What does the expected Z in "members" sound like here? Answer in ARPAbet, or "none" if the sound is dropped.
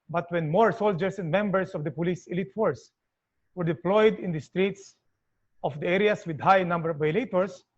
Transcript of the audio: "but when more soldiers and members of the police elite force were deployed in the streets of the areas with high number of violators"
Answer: S